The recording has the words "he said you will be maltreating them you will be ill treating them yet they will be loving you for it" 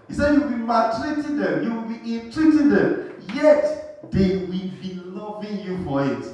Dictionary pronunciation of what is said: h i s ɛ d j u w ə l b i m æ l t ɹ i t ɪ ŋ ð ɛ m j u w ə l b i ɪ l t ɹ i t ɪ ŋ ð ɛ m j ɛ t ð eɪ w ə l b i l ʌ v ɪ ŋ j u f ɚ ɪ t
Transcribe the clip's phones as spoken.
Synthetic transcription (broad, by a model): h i s ɛ d j u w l b i m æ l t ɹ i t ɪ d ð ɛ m j u w ə l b i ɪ n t ɹ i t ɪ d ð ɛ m j ɛ t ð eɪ w ə l b i l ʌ v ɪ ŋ j u f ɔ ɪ t